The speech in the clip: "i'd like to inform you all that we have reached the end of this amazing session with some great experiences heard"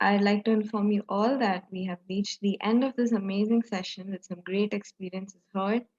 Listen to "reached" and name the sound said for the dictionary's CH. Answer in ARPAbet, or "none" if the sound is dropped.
CH